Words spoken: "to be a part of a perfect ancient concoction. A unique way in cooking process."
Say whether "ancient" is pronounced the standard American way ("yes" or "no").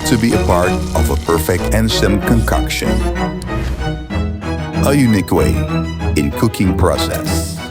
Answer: no